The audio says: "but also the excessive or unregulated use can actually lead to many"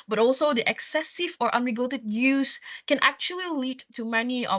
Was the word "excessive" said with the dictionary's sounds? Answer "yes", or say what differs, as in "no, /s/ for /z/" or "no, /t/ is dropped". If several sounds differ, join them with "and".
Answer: yes